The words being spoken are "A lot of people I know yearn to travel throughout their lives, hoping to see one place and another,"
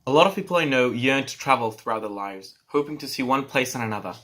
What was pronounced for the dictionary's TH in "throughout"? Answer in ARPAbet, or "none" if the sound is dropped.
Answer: TH